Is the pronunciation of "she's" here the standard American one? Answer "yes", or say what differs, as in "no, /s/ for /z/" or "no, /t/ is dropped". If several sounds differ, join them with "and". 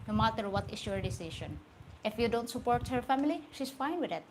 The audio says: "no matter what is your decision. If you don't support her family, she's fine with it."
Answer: no, /s/ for /z/